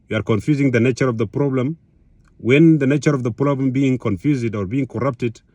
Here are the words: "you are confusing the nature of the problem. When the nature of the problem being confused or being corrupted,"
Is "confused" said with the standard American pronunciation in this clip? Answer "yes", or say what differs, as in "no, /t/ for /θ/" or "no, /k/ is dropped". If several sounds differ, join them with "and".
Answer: yes